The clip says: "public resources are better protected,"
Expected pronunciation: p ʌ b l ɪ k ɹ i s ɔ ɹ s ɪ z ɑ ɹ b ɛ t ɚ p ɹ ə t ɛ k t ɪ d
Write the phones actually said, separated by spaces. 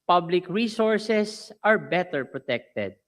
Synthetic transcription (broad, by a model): p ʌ b l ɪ k ɹ i s ɔ ɹ s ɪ s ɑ ɹ b ɛ t ɚ p ɹ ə t ɛ k t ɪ d